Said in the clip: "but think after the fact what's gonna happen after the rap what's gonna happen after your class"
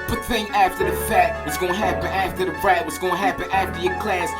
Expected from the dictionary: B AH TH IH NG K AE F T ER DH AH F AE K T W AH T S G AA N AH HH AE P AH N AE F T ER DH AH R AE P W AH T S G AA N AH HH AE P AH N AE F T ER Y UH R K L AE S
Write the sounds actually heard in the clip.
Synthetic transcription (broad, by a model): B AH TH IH NG AE F T ER DH AH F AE T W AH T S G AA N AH HH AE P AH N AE F T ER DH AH R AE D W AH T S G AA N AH HH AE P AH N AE F T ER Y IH K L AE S